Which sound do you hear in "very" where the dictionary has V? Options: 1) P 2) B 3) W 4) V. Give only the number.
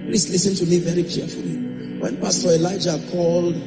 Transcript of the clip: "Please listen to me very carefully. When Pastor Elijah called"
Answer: 4